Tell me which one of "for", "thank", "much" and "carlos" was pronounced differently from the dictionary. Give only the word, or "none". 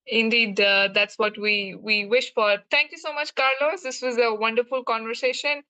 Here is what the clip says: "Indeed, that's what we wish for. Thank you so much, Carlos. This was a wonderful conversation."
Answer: thank